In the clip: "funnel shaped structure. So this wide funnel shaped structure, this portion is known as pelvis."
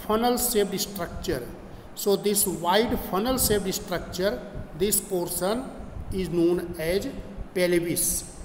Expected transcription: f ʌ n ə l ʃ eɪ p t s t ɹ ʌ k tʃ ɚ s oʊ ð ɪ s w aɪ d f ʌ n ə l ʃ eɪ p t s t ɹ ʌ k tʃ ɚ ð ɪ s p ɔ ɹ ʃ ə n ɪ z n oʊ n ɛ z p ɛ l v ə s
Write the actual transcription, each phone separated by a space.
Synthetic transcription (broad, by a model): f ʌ n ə l s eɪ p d s t ɹ ʌ k tʃ ɚ s oʊ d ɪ s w aɪ d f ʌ n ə l s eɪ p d s t ɹ ʌ k tʃ ɚ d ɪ s p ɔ ɹ s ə n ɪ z n oʊ n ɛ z p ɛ l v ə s